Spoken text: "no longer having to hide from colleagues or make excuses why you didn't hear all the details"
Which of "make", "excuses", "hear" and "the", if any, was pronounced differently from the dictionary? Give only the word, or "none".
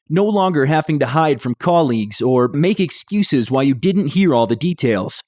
none